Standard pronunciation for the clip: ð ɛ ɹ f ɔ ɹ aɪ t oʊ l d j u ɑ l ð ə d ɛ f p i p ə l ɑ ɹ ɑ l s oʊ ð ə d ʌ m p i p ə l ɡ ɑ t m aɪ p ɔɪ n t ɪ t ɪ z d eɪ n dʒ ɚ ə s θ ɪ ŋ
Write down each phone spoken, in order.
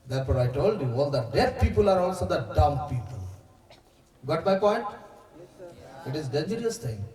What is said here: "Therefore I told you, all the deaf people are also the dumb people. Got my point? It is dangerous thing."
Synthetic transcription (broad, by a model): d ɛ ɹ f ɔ ɹ aɪ t oʊ l d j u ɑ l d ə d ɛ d p i p ə l ɑ ɹ ɑ l s oʊ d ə d ʌ m p i p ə l ɡ ɑ t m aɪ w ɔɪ t ɪ t ɪ z d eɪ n dʒ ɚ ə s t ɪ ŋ